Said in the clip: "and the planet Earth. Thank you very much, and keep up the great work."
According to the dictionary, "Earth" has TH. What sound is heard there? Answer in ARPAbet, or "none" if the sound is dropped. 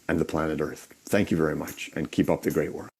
TH